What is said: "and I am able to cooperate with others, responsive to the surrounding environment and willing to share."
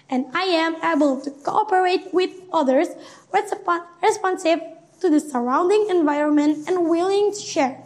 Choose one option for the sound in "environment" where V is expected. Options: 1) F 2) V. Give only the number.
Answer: 2